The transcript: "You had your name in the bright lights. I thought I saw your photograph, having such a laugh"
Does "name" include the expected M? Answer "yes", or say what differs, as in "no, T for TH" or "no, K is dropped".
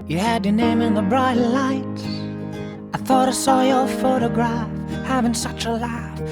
yes